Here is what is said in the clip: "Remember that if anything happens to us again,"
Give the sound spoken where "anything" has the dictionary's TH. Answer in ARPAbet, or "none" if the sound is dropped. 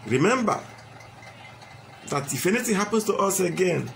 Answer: T